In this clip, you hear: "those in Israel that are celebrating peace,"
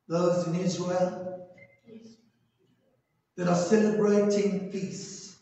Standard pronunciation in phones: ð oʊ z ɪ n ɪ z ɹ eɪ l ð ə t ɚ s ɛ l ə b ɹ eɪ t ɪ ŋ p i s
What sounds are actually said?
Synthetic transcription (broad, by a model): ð oʊ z ɪ n ɪ z ɹ eɪ l ð ə t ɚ s ɛ l ə b ɹ eɪ t ɪ ŋ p i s